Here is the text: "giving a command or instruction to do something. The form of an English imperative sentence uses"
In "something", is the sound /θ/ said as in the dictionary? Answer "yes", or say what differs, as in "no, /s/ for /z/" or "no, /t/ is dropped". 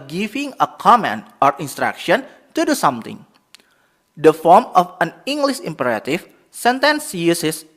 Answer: no, /t/ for /θ/